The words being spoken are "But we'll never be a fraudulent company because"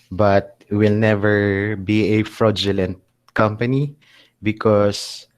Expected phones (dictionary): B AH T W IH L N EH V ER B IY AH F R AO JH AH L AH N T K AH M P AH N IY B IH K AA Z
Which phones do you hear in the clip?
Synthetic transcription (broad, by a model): B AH T W IH L N EH V ER B IY AH F R AO JH AH L AH N T K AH M P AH N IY B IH K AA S